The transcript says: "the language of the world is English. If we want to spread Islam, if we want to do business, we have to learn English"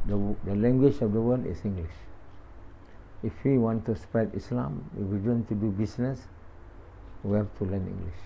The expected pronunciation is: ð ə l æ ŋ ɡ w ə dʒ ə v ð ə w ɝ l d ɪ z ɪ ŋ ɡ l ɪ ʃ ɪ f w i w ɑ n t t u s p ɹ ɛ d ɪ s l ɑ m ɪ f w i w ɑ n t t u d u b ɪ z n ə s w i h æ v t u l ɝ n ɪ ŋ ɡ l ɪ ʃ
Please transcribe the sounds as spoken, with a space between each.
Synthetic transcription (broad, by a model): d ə l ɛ ŋ ɡ w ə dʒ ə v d ə w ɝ l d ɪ s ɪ ŋ ɡ l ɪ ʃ ɪ f w i w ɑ n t t u s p ɛ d ɪ s l ɑ m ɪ w i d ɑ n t t u d u b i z n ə s w i h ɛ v t u l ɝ n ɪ ŋ ɡ l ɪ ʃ